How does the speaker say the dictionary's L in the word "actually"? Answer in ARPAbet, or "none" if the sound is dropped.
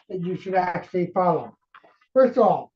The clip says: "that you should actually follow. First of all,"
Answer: L